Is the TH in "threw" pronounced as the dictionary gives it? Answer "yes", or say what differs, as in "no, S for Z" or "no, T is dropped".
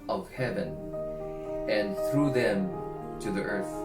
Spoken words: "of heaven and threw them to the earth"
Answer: yes